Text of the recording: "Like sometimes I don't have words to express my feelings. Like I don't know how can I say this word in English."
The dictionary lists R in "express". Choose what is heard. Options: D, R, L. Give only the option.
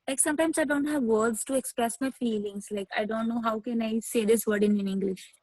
R